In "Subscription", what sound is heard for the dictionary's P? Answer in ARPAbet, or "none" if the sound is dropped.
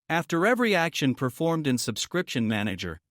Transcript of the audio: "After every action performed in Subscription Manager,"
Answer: P